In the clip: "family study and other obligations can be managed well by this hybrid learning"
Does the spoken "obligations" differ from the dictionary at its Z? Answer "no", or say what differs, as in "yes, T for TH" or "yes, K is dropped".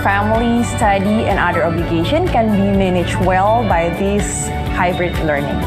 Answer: yes, Z is dropped